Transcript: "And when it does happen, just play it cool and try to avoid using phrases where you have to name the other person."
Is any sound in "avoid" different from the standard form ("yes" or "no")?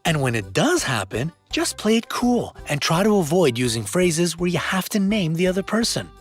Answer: no